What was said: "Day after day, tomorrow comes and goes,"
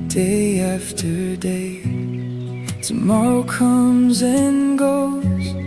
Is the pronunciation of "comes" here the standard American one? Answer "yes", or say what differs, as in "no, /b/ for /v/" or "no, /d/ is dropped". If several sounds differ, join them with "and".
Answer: yes